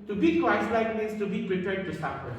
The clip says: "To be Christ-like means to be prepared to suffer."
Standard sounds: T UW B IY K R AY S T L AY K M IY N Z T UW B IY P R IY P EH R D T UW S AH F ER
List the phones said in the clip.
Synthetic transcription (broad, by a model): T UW B IY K AY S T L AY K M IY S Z T UW B IY P R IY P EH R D T UW S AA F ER